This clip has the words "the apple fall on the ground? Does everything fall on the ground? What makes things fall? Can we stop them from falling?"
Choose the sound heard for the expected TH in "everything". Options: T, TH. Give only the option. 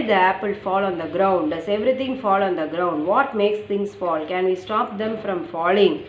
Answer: T